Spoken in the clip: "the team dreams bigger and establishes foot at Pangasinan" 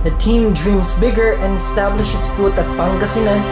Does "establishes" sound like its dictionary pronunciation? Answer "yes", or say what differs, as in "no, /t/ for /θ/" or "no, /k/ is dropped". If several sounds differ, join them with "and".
no, /s/ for /z/